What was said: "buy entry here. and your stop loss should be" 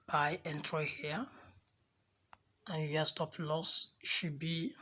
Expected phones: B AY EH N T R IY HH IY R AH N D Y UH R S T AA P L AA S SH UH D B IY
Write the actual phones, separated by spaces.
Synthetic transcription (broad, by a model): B AY EH N T R IY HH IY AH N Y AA S T AA P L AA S SH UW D B IY